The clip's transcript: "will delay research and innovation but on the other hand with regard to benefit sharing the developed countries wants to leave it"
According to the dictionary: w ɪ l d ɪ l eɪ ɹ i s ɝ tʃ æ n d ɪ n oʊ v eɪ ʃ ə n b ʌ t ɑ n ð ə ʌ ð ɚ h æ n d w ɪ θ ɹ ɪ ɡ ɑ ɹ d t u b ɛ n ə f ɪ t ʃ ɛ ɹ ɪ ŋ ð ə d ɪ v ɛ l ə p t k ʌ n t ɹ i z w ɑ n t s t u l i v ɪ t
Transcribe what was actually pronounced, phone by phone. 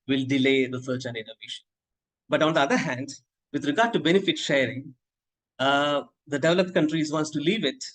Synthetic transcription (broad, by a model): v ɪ l d ɪ l eɪ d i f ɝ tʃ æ n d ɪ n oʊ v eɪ ʃ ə n b ʌ t ɑ n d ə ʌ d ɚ h æ n d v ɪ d ɹ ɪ ɡ ɑ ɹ d t u b ɛ n ə f ɪ t ʃ ɛ ɹ ɪ ŋ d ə d ɪ v ɛ l ə p t k ʌ n t ɹ i z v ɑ n t s t u l i v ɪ t